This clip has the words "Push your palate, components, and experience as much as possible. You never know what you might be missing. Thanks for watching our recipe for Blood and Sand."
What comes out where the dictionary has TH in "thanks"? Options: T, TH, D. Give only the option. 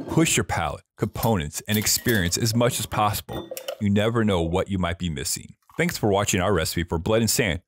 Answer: TH